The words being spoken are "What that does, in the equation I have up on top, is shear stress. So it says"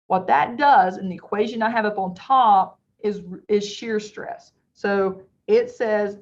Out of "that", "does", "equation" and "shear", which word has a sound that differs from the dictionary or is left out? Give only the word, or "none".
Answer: none